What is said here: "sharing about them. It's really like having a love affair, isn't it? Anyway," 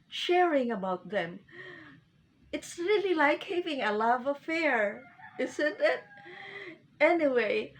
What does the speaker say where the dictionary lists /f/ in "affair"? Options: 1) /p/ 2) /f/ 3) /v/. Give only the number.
2